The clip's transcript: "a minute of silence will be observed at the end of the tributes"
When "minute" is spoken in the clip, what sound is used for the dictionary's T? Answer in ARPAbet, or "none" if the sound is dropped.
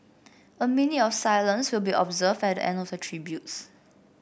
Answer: none